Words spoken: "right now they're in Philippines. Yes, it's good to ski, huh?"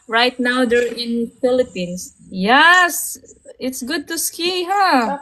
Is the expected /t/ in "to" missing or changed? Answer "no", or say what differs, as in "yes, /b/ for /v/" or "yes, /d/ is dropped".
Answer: no